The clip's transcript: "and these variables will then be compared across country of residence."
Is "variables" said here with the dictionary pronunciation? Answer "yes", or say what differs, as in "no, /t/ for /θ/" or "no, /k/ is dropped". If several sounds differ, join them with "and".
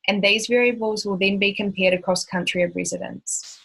yes